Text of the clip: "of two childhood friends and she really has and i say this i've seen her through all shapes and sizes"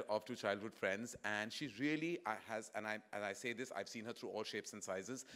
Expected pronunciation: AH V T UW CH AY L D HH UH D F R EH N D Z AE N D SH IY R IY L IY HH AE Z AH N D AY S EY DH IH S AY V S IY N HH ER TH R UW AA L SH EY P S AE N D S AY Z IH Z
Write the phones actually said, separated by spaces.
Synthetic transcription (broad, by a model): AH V T UW CH AY L D HH UH D F R EH N D Z AE N D SH IY R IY L IY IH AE Z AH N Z AY S EY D IH S AY V S IY N HH ER T R UW AA L SH EY P S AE N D S AY Z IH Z